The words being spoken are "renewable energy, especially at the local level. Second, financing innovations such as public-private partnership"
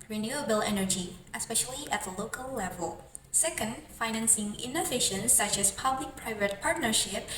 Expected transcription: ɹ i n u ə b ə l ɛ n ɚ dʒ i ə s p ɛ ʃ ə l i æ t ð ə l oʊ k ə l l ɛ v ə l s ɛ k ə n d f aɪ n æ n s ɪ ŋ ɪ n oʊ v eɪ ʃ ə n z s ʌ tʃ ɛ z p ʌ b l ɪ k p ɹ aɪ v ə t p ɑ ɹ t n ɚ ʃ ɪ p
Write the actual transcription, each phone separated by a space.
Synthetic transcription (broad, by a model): ɹ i n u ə b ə l ɛ n ɚ dʒ i ə s p ɛ ʃ ə l i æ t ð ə l oʊ k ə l l ɛ v ə l s ɛ k ə n d f aɪ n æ n s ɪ ŋ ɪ n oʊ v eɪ ʃ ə n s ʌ tʃ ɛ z p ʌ b l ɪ k p ɹ aɪ v ə t p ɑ ɹ t n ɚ ʃ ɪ p